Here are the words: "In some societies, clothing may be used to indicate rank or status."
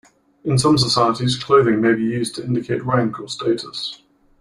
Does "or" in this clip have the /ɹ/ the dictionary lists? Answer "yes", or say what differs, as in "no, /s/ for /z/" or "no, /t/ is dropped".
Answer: no, /l/ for /ɹ/